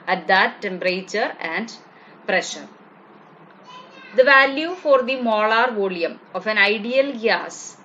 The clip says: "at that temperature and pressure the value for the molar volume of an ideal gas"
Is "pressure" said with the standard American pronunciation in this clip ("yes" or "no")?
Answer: yes